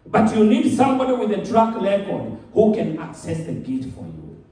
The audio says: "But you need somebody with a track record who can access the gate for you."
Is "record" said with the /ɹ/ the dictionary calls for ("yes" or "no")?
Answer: no